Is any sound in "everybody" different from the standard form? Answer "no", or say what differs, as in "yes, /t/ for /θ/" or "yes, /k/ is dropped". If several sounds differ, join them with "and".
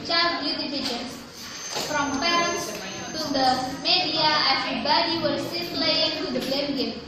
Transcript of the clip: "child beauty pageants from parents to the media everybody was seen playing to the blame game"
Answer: yes, /f/ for /v/